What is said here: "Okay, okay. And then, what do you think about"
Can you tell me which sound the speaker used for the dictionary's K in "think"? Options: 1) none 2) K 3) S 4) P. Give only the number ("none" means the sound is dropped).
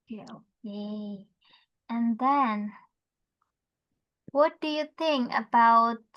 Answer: 2